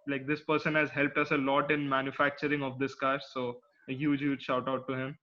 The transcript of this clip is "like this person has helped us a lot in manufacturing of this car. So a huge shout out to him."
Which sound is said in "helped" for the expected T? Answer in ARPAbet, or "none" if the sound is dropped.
T